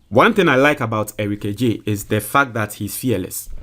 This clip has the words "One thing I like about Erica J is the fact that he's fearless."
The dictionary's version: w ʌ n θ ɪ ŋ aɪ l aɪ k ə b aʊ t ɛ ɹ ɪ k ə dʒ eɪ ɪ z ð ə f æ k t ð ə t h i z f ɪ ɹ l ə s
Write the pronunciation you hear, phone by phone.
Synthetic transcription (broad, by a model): w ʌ n θ ɪ ŋ aɪ l aɪ k ə b aʊ t ɛ ɹ ɪ k ə dʒ eɪ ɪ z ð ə f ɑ k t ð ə t h i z f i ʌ l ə s